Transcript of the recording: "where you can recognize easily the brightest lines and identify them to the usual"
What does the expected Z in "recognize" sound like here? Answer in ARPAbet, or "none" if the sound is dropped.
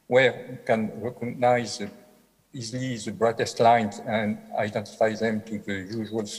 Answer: Z